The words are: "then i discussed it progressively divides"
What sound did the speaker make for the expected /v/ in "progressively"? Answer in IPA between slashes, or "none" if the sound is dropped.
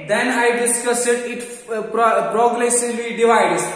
none